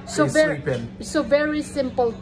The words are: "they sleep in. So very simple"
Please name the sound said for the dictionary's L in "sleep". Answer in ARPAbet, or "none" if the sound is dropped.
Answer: none